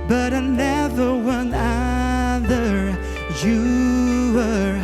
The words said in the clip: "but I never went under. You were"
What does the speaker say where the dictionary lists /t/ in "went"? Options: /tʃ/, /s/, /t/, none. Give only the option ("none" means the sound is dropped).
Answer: none